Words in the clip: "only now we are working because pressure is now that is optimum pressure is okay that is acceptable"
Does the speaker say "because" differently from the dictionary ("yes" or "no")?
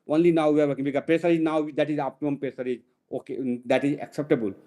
yes